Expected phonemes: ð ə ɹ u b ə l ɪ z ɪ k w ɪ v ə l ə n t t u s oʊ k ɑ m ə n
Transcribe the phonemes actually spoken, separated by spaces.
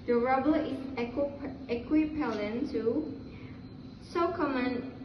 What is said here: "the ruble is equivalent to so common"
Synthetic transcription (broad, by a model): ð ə ɹ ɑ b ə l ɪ s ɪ k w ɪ p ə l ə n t t u s oʊ k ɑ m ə n